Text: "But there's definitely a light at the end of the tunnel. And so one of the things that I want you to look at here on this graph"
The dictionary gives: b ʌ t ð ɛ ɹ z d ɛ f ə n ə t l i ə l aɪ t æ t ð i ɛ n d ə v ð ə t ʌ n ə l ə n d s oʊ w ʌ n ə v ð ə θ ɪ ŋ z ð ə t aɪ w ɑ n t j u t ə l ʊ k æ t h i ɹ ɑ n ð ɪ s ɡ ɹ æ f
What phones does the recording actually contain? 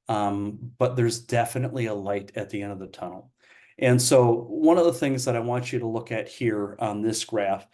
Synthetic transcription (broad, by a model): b ʌ t ð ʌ ɹ z d ɛ f ə n ə t l i ə l aɪ t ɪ t ð i ɛ n d ə v ð ə t ʌ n l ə n s oʊ w ʌ n ə v ð ə θ ɪ ŋ z ð ə t aɪ w ɑ n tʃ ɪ t ə l ʊ k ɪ t h i ɹ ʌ n ð ɪ s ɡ ɹ æ f